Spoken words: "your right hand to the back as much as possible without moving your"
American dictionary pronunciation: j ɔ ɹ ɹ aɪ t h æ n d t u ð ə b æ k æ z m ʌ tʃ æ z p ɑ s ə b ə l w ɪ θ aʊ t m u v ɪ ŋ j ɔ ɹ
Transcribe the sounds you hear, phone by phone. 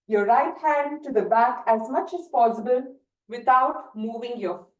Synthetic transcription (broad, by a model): j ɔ ɹ ɹ aɪ t h æ n d t u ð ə b æ k æ z m ʌ tʃ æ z p ɑ s ə b ə l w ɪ t aʊ t m u v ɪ ŋ j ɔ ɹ